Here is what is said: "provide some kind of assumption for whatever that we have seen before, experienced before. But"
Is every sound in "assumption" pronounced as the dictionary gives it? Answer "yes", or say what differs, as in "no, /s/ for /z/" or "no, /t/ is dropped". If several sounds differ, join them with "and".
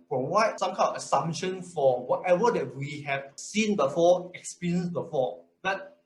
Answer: no, /p/ is dropped